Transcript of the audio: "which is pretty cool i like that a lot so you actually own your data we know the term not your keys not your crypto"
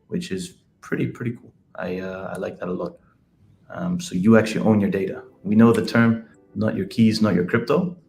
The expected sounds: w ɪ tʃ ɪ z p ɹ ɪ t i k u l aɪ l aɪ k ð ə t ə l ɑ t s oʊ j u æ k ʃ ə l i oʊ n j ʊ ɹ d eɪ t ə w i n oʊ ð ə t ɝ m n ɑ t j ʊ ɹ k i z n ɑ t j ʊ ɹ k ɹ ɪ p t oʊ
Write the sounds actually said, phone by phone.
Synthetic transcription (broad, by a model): w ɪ tʃ ɪ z p ɹ ɪ t i k u l aɪ l aɪ k ð ə t ə l ɑ t s oʊ j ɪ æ k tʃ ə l i oʊ n j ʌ ɹ d eɪ t ə w i n oʊ ð ə t ɝ m n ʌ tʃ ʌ ɹ k i z n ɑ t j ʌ ɹ k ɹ ɪ p t oʊ